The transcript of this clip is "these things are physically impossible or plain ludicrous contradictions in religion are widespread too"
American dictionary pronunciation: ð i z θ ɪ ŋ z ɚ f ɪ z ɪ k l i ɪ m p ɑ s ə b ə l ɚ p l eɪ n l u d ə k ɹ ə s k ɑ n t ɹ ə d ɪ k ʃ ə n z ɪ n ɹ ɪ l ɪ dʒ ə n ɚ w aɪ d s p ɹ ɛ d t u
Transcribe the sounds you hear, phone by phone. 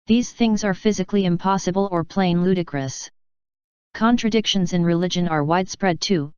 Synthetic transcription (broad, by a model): ð i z θ ɪ ŋ z ɚ f ɪ z ɪ k l i ɪ m p ɑ s ə b ə l ɚ p l eɪ n l u d ə k ɹ ə s k ɑ n t ɹ ə d ɪ k ʃ ə n z ɪ n ɹ ɪ l ɪ dʒ ə n ɚ w aɪ d s p ɹ ɛ d t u